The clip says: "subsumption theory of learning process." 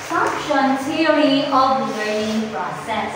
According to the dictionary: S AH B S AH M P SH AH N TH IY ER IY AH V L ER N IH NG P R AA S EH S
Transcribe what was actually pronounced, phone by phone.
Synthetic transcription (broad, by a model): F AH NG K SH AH N T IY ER IY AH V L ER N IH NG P R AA S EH S